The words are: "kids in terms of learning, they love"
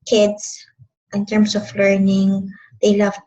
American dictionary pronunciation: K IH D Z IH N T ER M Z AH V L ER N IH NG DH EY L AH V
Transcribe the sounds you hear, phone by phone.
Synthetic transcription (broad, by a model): K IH D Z IH N T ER M S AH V L ER N IH NG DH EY L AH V